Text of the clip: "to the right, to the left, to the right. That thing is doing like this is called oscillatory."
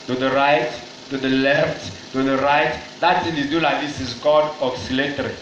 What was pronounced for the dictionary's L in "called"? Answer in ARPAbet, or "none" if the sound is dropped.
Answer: none